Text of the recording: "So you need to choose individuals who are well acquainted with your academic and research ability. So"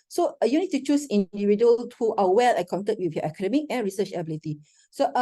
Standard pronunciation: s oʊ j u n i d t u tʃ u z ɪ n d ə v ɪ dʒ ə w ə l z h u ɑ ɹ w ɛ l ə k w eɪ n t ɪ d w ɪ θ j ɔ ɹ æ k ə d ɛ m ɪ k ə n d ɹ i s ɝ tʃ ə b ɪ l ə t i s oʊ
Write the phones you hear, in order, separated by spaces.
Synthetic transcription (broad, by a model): s oʊ j u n i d t u tʃ u s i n d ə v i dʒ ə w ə l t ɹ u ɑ w w ɛ l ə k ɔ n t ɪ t w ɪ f j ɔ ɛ k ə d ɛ m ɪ k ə n ɹ i s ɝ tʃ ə b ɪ l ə t i s oʊ